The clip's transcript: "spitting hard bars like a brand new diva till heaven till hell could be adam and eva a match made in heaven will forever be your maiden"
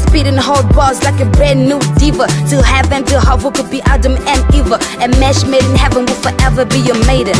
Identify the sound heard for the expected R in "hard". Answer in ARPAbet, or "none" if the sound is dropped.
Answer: L